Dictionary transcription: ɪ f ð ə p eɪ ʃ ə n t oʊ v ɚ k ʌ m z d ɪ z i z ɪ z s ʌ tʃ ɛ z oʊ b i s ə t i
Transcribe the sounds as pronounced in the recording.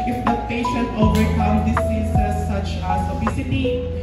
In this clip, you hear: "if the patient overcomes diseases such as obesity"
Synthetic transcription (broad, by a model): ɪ f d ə p eɪ ʃ ə n t oʊ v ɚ k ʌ m d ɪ s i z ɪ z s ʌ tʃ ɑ s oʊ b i s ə t i